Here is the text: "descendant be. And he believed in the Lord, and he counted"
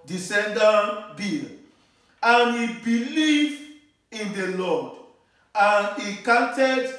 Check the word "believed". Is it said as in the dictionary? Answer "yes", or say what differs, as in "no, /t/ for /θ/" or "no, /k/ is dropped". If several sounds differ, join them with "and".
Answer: no, /d/ is dropped